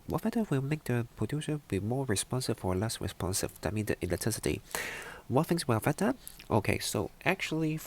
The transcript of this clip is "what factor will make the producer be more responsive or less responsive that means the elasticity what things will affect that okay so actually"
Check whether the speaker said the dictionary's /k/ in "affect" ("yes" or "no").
no